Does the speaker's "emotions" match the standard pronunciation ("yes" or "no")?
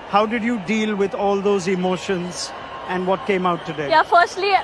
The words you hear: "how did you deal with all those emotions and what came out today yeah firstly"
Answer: yes